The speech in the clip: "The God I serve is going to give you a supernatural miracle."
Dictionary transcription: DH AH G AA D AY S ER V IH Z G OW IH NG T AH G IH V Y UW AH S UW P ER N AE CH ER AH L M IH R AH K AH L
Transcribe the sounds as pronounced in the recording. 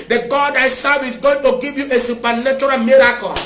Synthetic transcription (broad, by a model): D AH G AA D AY S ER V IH S G OW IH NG T AH G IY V Y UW AH S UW P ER N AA CH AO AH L M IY R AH K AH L